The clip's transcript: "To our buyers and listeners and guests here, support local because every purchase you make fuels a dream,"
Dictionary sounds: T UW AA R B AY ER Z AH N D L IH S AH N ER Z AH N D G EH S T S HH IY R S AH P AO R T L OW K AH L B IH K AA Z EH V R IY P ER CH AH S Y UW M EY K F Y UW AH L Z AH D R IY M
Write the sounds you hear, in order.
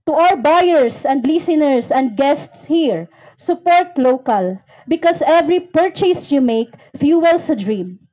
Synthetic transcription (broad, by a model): T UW AA R B AY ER S AH N D L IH S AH N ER S AH N D G EH S T S HH IY R S AH P AO R T L OW K AH L B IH K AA S EH V R IY P ER CH AH S Y UW M EY K F Y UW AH L S AH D R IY M